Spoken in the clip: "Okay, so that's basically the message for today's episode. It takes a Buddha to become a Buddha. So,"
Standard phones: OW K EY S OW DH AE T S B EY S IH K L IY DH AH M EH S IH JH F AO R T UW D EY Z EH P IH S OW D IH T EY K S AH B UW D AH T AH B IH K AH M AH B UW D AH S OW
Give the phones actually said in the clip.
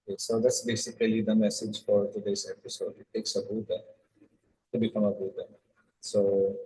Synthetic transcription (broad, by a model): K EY S OW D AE T S B EY S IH K L IY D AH M EH S IH JH F AO R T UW D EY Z EH P IH S OW D IH T EY K S AH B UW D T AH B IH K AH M AH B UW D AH S OW